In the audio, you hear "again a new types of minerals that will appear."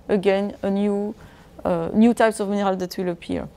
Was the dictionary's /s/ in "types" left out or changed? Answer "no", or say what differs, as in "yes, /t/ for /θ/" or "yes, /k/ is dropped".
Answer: no